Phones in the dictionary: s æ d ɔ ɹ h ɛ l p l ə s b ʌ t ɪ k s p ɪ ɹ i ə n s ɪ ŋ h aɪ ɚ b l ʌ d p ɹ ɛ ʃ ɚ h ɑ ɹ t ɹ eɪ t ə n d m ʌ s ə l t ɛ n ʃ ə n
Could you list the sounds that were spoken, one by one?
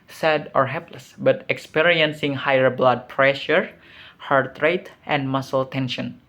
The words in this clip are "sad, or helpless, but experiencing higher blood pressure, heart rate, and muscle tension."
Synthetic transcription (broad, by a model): s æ d ɔ ɹ h ɛ l p l ə s b ʌ t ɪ k s p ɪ ɹ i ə n s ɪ ŋ h aɪ ɚ b l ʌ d p ɹ ɛ ʃ ɚ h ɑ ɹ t ɹ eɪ t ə n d m ʌ s ə l t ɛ n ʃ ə n